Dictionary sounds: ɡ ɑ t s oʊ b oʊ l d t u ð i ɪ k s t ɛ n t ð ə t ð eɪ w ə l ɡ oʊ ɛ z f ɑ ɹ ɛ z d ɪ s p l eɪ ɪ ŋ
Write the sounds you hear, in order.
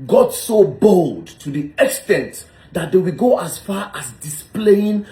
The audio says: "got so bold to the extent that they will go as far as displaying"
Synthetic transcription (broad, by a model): ɡ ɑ t s oʊ b oʊ l d t u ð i ɪ k s t ɛ n t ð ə t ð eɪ w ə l ɡ oʊ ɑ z f ɑ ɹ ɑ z d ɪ s p l eɪ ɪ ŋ